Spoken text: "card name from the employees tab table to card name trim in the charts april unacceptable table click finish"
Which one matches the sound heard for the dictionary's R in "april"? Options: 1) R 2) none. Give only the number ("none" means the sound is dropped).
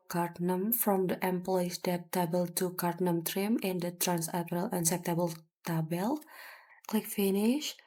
2